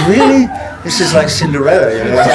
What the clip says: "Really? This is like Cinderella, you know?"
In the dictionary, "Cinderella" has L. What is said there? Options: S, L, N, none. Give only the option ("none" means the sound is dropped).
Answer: none